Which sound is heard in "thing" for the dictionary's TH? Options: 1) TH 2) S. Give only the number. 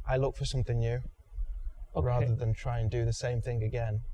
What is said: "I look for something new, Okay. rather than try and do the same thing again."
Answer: 1